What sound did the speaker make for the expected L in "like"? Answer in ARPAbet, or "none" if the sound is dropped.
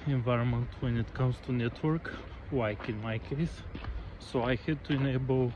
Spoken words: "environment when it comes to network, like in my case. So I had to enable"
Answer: W